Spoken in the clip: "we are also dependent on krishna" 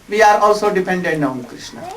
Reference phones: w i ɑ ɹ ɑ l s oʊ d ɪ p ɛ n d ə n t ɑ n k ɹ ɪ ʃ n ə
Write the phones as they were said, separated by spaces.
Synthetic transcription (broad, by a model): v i ɑ ɹ ɑ l s oʊ d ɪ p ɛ n d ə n ɑ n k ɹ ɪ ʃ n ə